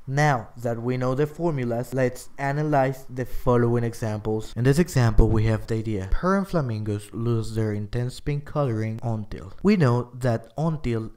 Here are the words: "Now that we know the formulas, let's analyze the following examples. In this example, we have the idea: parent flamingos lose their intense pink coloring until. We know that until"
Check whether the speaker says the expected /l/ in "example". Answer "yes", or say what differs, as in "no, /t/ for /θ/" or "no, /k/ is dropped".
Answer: yes